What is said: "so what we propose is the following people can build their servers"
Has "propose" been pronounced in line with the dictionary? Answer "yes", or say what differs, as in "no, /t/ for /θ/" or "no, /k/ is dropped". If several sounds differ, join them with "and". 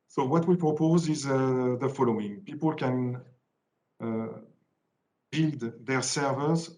yes